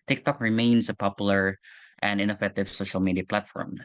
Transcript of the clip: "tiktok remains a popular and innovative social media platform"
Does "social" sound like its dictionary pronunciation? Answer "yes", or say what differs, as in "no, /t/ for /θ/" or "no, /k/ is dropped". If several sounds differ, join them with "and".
yes